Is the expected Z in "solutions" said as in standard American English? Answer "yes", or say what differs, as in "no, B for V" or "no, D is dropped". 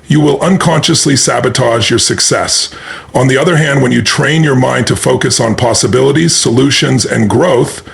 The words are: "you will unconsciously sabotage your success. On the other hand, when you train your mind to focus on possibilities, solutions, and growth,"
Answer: yes